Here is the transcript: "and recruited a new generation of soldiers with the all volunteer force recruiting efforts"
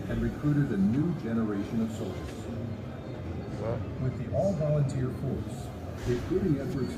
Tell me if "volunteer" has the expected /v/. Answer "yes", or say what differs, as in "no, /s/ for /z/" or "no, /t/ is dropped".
yes